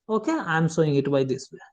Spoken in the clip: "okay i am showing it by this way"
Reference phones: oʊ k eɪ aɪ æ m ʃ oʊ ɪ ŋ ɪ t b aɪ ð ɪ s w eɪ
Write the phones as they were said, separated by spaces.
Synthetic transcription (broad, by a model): oʊ k eɪ aɪ m s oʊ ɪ ŋ ɪ t b aɪ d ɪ s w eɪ